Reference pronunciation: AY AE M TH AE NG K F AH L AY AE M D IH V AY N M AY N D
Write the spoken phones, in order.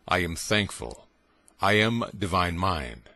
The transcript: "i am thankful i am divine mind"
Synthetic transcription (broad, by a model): AY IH M TH AE NG K F AH L AY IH M D IH V AY N M AY N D